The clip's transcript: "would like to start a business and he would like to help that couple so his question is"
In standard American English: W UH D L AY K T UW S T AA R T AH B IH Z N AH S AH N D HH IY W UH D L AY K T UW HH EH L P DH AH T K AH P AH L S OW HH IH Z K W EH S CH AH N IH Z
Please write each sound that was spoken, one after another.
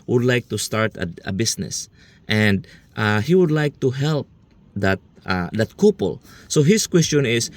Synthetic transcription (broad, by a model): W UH D L AY K T UW S T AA R T AH B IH S N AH S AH N D HH IY W UH D L AY K T UW HH EH L P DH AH T K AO P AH L S OW HH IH S K W EH S CH AH N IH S